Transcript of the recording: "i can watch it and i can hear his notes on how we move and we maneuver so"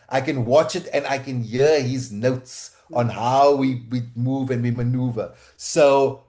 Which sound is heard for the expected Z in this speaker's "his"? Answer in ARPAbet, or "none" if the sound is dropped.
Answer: Z